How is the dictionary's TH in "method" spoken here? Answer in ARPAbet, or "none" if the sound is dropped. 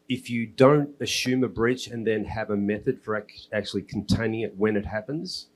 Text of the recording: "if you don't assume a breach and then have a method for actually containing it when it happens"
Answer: TH